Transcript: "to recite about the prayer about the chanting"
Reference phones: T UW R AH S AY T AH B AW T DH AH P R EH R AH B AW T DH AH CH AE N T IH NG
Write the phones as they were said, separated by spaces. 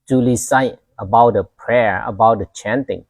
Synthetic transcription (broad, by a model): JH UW L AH S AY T AH B AW T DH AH P R EH R AH B AW T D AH CH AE N T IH NG